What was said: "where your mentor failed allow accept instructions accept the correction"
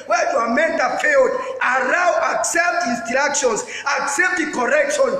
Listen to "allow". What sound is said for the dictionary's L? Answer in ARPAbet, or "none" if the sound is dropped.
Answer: N